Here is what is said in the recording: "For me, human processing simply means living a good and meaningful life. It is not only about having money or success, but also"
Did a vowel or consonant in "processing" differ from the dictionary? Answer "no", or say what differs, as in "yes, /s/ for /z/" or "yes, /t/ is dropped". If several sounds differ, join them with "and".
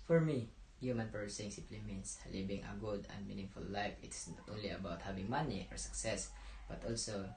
yes, /ɹ/ is dropped